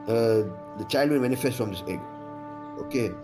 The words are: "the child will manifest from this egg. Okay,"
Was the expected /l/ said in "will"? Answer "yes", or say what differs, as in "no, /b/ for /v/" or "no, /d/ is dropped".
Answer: no, /n/ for /l/